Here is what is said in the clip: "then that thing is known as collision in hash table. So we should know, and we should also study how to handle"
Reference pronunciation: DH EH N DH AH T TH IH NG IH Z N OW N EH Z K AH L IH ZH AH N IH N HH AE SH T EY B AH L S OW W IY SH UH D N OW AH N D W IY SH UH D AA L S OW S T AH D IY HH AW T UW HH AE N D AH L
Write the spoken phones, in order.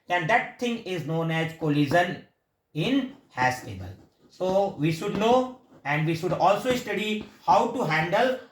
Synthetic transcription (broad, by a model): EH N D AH T T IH NG IH Z N OW N EH Z K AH L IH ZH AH N IH N HH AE S T EY B AH L S OW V IY SH UH D N OW AH N D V IY SH UH D AA L S OW S T AH D IY HH AW T UW HH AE N D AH L